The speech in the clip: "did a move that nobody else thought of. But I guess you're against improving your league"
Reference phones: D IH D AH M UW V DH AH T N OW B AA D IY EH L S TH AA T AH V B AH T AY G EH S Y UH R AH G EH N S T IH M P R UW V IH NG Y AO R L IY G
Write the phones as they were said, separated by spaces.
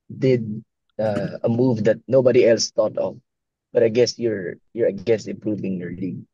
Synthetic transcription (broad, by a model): D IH D AH M UW V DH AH T N OW B AA D IY EH L S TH AA T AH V B AH T AY G EH S Y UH R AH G EH S IH M P R UW V IH NG Y AO R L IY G